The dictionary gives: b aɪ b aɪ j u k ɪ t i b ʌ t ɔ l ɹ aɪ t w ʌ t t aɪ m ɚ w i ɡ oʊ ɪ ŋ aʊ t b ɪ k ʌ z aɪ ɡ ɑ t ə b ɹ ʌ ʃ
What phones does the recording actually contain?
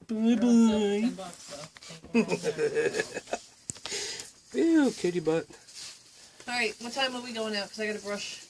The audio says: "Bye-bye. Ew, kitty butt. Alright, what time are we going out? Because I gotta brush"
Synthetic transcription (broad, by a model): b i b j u k ɪ t i b ʌ t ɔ ɹ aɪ t w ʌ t t aɪ m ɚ w i ɡ oʊ ɪ ŋ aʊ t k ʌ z aɪ ɡ ɑ t ə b ɹ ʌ ʃ